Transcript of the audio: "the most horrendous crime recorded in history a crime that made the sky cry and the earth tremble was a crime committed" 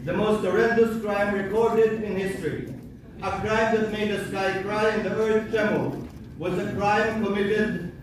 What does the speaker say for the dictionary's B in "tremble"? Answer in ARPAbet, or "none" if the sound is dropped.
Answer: none